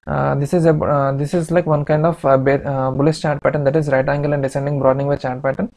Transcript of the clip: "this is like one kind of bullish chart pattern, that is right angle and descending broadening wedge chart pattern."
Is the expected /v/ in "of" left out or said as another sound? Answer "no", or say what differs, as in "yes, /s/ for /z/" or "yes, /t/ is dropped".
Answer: yes, /b/ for /v/